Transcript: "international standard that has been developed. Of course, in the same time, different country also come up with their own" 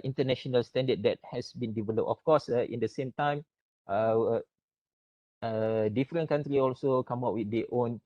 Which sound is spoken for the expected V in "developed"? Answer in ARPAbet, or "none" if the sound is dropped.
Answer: V